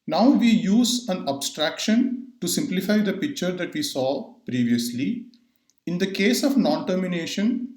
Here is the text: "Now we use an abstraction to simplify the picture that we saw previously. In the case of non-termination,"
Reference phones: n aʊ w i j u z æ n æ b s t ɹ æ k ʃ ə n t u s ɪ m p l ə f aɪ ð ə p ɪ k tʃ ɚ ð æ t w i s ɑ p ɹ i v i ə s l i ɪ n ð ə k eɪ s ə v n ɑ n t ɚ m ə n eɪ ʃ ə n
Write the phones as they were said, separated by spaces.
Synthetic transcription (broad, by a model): n aʊ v i j u z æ n æ b s t ɹ æ k ʃ ə n t u s ɪ m p l ə f aɪ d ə p ɪ k tʃ ɚ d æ t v i s ɑ p ɹ i v i ə s l i ɪ n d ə k eɪ s ə v n ɑ n t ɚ m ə n eɪ ʃ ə n